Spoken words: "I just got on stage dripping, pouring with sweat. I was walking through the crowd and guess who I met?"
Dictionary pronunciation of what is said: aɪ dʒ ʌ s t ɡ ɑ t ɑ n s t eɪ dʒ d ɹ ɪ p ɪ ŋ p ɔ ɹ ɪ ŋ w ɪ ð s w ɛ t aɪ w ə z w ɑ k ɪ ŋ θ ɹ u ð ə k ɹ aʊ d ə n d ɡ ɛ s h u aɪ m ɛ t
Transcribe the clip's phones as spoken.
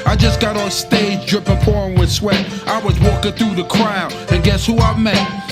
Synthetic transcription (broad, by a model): aɪ dʒ ʌ s ɡ ɑ t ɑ l s t eɪ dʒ d ɹ ɪ p ɪ ŋ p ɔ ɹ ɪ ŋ w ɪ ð s w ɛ t aɪ w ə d w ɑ k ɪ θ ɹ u ð ə k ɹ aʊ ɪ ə n ɡ ɛ s h u aɪ m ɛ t